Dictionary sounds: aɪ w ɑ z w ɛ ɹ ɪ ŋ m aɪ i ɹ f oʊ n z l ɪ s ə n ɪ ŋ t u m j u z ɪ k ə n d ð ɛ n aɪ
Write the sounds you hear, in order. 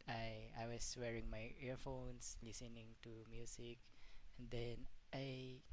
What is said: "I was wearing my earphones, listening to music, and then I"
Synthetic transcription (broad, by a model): aɪ w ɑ s w ɛ ɹ ɪ ŋ m aɪ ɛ ɹ f oʊ n s l ɪ s ə n ɪ ŋ t u m j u s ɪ k ə n d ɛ n aɪ